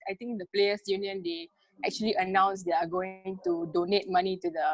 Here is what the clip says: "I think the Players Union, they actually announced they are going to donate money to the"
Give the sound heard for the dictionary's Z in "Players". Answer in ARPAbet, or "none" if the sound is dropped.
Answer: S